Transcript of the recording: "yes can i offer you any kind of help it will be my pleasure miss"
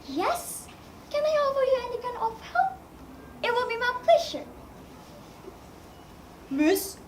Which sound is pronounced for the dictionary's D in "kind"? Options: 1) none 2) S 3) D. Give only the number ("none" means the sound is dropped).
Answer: 1